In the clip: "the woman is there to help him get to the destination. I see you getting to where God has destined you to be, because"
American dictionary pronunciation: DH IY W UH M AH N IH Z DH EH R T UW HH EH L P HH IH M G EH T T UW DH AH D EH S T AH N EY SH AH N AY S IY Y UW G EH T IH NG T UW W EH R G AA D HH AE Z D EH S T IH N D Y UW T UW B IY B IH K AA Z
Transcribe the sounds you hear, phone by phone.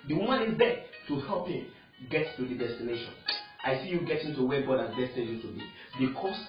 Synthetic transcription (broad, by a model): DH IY W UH M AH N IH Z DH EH T UW HH EH L P HH IH M G EH T T UW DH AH D EH S T AH N EY SH AH N AY S IY Y UW G EH T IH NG T UW W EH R G AA D HH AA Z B EH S T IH D Y UW T UW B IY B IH K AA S